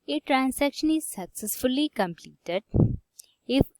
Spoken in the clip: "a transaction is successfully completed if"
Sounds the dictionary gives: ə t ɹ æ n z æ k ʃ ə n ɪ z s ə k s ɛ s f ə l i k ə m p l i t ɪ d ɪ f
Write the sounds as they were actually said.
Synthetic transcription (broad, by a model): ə t ɹ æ n s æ k ʃ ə n ɪ z s ə k s ɛ s f ə l i k ə m p l i t ɪ d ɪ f